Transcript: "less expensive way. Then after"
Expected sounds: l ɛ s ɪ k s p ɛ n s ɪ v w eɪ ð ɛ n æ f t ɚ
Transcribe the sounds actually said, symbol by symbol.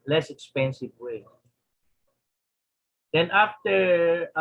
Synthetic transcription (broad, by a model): l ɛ s ɪ k s p ɛ n s ɪ v w eɪ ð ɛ n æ f t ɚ